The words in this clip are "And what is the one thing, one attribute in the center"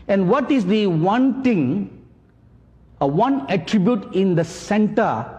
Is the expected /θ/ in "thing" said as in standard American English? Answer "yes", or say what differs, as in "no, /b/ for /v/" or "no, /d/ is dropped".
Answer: no, /t/ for /θ/